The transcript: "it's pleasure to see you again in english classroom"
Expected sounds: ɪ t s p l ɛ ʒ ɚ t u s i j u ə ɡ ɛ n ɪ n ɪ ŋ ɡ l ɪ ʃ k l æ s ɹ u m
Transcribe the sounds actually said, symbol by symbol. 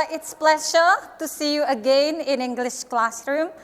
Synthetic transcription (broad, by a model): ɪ t s p l ɛ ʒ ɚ t u s i j u ə ɡ ɛ n ɪ n ɪ ŋ ɡ l ɪ ʃ k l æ s ɹ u m